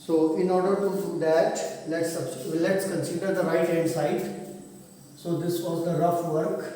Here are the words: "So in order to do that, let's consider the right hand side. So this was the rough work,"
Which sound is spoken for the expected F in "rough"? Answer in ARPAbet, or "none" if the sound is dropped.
F